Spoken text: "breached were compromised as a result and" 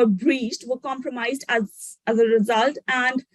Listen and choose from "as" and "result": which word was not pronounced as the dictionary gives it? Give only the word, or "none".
none